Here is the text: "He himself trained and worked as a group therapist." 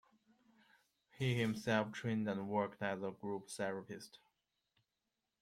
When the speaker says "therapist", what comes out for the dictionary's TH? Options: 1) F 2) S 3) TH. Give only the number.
2